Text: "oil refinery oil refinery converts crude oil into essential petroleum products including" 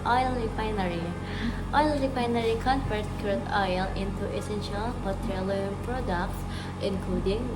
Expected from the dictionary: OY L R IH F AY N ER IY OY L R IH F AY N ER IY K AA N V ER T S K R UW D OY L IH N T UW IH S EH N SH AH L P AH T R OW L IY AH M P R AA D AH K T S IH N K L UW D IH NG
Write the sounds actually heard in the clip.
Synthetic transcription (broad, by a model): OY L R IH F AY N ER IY OY L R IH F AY N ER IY K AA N F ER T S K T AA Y L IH N T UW IH S EH N SH AH L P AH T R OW L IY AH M P R AA D AH K T S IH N K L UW D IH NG